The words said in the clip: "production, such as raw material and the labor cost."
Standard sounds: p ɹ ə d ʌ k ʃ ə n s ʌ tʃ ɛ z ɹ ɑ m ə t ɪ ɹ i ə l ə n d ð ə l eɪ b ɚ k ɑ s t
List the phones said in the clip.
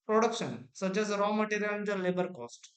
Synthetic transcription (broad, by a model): p ɹ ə d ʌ k ʃ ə n s ʌ tʃ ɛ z ɹ ɑ m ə t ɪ ɹ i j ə l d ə l eɪ b ɚ k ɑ s t